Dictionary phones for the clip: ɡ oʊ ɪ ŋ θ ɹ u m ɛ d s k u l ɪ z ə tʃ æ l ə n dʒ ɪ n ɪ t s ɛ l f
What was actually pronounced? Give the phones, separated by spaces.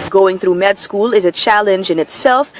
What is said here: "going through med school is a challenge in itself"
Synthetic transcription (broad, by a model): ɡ oʊ ɪ ŋ θ ɹ u m ɛ d s k u l ɪ z ə tʃ æ l ə n dʒ ɪ n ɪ t s ɛ l f